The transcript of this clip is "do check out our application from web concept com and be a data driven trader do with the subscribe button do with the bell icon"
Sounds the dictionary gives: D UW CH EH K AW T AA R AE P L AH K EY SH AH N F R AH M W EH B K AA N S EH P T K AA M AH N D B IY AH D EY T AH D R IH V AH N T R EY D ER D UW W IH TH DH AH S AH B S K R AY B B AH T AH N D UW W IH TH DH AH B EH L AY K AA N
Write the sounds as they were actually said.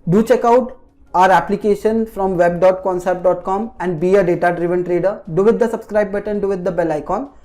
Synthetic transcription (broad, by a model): D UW CH EH K AW T AA R AE P L AH K EY SH AH N F R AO M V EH B K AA N S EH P T K AA M AH N D B IY AH D EY T AH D R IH V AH N T R EY D ER D UW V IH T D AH S AH B S K R AY B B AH T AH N D UW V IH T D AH B EH L AY K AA N